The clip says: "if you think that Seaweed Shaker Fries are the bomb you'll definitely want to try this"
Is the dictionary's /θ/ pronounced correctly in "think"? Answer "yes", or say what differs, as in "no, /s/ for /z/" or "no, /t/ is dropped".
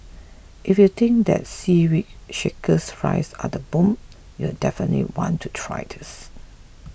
no, /t/ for /θ/